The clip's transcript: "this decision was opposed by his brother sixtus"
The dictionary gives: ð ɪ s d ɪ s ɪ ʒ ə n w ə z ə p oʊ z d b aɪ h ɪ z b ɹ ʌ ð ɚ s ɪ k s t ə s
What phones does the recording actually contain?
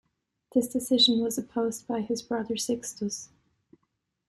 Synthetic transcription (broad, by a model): ð ɪ s d ɪ s ɪ ʒ ə n w ə z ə p oʊ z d b aɪ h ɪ z b ɹ ʌ ð ɚ s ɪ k s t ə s